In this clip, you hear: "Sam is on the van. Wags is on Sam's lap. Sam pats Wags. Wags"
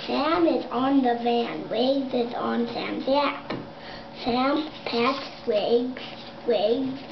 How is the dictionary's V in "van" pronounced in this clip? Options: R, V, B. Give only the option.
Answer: V